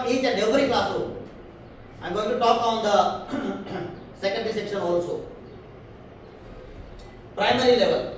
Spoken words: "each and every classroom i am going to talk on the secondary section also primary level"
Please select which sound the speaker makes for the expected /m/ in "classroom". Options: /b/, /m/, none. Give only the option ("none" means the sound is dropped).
none